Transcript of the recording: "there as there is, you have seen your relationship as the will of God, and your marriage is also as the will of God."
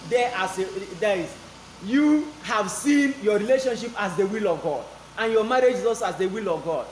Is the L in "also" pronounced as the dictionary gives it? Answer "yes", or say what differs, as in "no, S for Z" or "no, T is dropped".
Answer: no, L is dropped